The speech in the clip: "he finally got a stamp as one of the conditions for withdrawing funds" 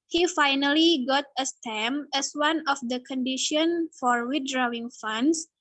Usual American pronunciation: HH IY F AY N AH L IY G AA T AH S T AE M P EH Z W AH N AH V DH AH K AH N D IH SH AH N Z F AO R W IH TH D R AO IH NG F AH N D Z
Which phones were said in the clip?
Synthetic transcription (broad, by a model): HH IY F AY N AH L IY G AA T AH S T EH M EH S W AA N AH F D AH K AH N D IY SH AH N F AO R W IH T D R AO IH NG F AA N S